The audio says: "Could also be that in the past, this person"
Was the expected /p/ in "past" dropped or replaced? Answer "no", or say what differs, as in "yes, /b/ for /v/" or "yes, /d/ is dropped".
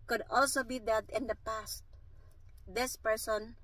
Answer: no